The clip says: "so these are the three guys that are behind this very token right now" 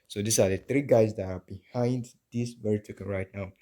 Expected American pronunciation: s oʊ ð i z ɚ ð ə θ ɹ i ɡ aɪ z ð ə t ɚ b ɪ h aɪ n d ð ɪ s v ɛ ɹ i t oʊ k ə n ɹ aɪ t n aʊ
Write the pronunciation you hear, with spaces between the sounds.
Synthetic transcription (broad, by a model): s oʊ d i s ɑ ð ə t ɹ i ɡ aɪ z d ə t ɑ b ɪ h aɪ n d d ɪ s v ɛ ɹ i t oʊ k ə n ɹ aɪ t n aʊ